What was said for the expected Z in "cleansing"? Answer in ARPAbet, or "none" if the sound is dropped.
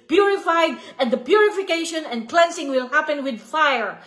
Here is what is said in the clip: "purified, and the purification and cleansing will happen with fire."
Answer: S